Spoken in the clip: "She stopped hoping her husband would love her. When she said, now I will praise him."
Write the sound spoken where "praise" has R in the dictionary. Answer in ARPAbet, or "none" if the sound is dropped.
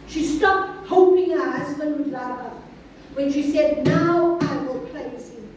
L